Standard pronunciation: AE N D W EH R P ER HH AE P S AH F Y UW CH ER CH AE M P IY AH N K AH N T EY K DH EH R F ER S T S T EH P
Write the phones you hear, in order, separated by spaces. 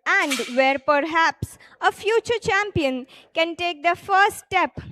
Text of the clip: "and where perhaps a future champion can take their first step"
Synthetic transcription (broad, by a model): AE N D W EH R P ER HH AE P S AH F Y UW CH ER CH AE M P IY AH N K AH N T EY K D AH F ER T S T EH P